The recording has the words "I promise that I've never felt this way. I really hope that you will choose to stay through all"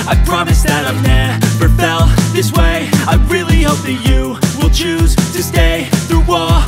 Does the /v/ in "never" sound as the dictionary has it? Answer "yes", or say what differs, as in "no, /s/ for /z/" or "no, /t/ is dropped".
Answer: no, /b/ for /v/